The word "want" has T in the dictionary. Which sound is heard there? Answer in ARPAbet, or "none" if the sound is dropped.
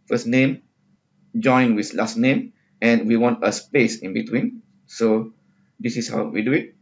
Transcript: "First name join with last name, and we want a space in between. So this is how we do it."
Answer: T